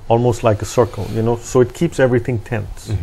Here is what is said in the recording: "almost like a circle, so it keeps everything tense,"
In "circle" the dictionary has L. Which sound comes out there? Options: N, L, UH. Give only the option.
N